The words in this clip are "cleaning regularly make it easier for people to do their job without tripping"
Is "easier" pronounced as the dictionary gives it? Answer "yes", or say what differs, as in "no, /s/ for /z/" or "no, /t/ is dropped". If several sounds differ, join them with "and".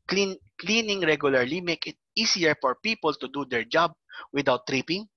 no, /s/ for /z/